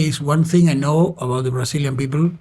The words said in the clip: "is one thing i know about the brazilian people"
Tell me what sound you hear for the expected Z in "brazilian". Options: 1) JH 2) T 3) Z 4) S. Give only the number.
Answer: 4